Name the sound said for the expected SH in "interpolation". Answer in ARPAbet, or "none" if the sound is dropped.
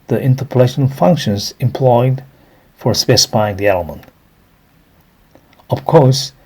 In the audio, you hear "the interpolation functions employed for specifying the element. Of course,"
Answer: SH